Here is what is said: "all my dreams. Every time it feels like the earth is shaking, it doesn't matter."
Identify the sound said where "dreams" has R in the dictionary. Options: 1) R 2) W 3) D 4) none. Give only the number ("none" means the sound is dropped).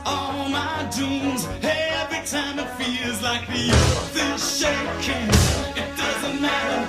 4